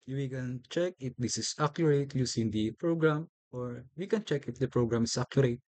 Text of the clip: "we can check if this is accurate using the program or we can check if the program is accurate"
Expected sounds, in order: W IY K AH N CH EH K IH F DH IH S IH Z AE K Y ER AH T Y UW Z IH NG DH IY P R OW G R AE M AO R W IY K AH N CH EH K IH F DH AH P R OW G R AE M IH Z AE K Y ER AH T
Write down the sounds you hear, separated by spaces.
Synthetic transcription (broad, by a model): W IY K AH N CH EH K IH F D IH S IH S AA K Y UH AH T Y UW S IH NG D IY P R OW G R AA M AO R W IY K AH N CH EH K IH F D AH P R OW G R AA M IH S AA K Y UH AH T